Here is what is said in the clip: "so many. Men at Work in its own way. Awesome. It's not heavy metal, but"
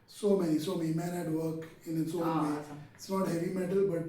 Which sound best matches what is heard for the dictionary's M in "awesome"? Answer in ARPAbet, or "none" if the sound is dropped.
none